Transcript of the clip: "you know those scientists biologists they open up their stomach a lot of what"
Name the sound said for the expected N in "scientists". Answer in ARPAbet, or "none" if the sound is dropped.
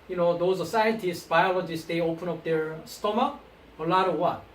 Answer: none